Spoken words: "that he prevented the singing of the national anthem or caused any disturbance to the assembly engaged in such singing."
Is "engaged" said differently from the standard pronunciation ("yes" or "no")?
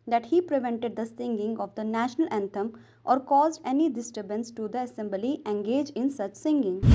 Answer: yes